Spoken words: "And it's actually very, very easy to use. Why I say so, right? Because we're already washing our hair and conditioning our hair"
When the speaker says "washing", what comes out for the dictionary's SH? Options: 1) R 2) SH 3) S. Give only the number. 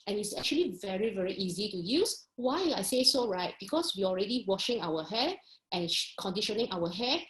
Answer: 2